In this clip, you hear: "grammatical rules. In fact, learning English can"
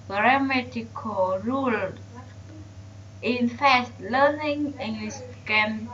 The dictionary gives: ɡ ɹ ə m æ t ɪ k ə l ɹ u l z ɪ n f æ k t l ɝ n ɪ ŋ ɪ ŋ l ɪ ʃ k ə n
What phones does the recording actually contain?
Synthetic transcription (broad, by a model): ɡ ɹ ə m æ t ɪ k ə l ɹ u l ɪ n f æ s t l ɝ n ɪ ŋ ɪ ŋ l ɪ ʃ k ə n